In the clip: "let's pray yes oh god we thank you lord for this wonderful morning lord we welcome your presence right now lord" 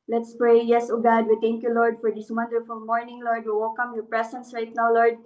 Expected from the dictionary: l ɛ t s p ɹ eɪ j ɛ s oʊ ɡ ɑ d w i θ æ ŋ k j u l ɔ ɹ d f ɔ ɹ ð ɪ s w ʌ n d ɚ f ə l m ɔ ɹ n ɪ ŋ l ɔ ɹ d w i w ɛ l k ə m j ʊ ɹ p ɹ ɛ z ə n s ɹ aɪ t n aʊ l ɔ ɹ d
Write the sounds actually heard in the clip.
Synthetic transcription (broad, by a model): l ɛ t s p ɹ eɪ j ɛ s oʊ ɡ ɑ d w i t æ ŋ k j u l ɔ ɹ d f ɔ ɹ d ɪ s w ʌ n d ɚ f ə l m ɔ ɹ n ɪ ŋ l ɔ ɹ d w i w ɛ l k ə m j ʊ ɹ p ɹ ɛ s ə n s ɹ aɪ t n aʊ l ɔ ɹ d